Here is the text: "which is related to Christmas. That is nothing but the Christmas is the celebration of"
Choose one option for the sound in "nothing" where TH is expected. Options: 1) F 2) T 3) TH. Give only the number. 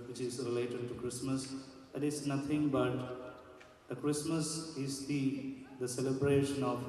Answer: 2